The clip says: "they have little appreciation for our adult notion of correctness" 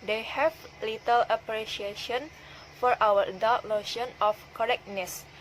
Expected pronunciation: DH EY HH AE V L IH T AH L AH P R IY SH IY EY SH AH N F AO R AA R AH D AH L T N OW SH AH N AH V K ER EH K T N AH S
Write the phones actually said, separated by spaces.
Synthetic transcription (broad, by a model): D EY HH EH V L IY T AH L AH P R IY SH IY EY SH AH N F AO R AA W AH D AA T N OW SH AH N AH F K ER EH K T N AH S